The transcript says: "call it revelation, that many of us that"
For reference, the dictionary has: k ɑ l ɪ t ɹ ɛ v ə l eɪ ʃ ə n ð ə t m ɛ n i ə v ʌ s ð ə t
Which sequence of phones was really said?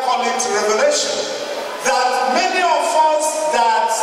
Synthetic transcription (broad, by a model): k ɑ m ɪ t ɹ ɛ v ə l eɪ ʃ ə n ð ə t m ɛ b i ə f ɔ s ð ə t